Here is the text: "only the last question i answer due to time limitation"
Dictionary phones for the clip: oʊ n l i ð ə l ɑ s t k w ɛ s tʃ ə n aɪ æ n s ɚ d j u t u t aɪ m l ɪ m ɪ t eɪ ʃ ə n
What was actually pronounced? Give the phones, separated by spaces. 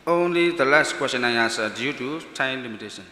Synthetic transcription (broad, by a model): oʊ n l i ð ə l ɑ s t k w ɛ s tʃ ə n aɪ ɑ s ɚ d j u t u t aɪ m l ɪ m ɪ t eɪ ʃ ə n